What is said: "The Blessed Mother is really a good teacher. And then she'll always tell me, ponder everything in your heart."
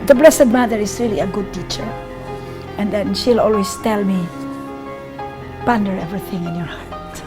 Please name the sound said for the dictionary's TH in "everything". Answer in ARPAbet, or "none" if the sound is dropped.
TH